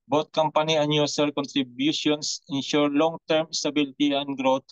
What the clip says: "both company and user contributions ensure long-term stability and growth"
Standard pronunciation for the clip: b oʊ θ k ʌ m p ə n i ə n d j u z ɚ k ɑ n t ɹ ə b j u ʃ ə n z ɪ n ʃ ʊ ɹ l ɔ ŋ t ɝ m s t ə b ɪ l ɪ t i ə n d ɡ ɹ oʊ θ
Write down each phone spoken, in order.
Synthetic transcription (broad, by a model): b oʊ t k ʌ m p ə n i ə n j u s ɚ k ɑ n t ɹ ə b j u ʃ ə n s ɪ n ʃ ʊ ɹ l ɔ ŋ t ɝ m s t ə b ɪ l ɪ t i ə n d ɡ ɹ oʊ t